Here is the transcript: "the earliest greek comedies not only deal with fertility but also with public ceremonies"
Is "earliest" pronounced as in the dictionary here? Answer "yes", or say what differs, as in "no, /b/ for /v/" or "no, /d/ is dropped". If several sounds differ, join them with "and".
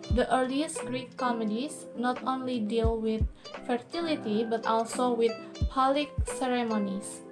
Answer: yes